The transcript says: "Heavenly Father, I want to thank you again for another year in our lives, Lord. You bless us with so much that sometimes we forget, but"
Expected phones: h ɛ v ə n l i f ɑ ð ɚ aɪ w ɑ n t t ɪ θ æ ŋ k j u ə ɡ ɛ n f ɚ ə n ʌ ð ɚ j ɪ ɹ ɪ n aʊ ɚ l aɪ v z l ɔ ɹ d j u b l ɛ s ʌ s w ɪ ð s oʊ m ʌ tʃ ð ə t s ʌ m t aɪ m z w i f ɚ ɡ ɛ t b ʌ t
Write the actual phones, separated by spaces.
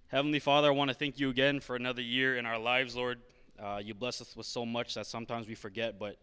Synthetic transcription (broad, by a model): h ɛ v n l i f ɑ ð ɚ aɪ w ɑ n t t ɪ θ æ ŋ k j ə ɡ ɛ n f ɚ ə n ʌ ð ɚ j ɪ ɹ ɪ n aʊ ɚ l aɪ v z l ɔ ɹ d j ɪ b l ɛ s ʌ s w ɪ ð s oʊ m ʌ tʃ ð ə t s ʌ m t aɪ m z w i f ɚ ɡ ɛ t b ʌ t